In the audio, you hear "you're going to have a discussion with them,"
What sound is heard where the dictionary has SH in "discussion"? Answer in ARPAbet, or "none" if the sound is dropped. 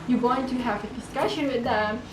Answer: SH